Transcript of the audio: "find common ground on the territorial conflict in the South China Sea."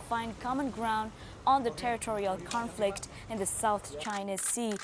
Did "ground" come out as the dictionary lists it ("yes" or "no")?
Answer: yes